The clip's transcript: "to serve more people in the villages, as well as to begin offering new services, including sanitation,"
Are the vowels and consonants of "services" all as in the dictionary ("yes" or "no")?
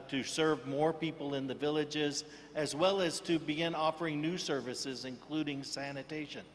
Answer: yes